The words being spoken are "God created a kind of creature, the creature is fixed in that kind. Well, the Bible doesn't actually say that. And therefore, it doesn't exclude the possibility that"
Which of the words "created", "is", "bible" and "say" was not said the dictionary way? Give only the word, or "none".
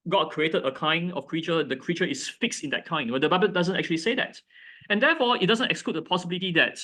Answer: is